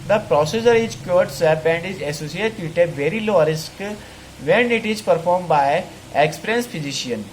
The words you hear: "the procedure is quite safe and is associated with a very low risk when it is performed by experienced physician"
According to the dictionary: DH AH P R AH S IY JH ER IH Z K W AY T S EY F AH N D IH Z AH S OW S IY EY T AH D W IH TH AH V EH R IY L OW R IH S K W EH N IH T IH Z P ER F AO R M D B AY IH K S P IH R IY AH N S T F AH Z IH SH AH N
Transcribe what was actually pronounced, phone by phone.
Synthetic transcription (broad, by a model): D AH P R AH S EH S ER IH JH K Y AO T S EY P AH N D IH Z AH S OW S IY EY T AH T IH V EH R IY L OW R IH S K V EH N IH T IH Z P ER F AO R M B AY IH K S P R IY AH N S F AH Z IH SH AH N